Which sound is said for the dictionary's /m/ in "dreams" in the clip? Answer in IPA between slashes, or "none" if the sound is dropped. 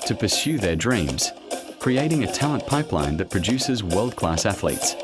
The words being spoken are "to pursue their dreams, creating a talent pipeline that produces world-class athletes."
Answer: /m/